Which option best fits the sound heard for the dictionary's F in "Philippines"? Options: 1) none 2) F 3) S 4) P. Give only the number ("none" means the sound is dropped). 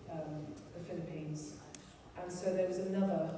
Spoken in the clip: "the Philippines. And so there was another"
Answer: 2